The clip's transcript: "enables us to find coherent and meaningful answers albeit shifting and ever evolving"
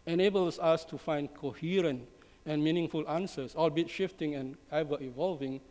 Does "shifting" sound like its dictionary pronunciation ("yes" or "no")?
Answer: yes